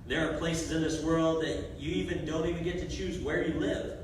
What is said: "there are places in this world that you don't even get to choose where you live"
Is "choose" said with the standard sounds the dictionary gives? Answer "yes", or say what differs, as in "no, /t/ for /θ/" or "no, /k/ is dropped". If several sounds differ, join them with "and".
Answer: yes